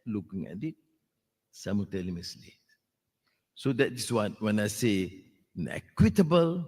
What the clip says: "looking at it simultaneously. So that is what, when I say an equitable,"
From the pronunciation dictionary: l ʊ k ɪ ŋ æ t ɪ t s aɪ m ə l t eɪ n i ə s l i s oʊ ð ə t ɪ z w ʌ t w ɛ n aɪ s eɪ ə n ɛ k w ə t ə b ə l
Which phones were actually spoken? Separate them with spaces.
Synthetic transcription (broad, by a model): l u k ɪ ŋ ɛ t ɪ t s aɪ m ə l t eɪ l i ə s l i s oʊ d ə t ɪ s w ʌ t w ɛ n aɪ s eɪ ə n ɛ k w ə t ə b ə l